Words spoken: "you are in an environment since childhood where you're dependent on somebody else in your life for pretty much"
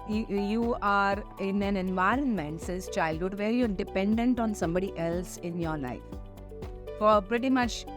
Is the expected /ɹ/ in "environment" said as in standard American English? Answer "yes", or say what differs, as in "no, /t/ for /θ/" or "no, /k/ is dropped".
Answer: yes